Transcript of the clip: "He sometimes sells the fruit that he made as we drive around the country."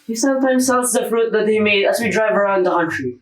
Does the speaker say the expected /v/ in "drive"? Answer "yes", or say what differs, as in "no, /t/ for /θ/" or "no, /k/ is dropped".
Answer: yes